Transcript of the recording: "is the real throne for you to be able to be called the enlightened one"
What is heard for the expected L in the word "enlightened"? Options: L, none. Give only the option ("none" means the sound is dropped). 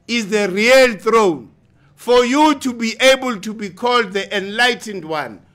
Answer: L